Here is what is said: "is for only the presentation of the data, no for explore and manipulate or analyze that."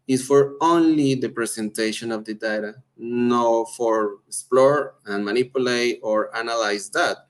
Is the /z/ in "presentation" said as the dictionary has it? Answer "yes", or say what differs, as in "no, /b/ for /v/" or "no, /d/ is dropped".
no, /s/ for /z/